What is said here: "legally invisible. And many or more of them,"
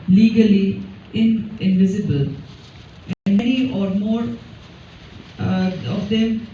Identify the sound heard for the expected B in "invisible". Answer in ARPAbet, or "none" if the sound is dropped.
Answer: B